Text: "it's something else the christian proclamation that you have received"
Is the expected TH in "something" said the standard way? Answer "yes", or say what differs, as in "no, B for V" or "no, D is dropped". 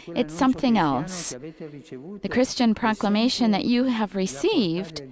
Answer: yes